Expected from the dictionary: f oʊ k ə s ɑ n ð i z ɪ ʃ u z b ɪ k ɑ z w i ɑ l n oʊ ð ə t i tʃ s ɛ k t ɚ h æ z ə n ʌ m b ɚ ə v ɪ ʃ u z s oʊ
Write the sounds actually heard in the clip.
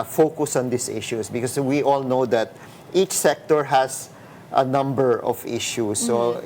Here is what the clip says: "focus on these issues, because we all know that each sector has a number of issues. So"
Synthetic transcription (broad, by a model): f oʊ k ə s ɑ n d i s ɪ ʃ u s b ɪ k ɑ s w i ɑ l n oʊ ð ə t i tʃ s ɛ k t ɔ h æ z ə n ʌ m b ɚ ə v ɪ ʃ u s oʊ